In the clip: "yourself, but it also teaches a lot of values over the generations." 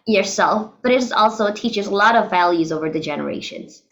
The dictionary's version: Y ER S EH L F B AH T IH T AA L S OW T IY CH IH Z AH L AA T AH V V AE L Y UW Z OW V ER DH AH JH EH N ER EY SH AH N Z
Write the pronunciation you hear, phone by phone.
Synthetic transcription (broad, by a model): Y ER S EH L F B AH T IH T AA L S OW T IY CH IH Z AH L AA T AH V V AE L Y UW Z OW V ER DH AH JH EH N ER EY SH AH N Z